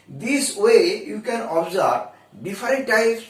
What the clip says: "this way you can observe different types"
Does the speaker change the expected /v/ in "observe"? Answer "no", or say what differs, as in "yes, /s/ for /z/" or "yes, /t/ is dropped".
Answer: yes, /b/ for /v/